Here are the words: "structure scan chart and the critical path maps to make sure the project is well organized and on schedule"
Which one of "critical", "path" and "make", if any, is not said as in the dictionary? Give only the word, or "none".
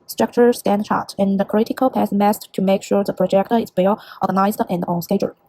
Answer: path